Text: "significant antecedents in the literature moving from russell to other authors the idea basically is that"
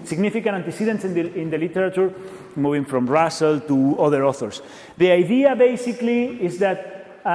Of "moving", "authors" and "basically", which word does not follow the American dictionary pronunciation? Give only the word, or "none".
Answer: authors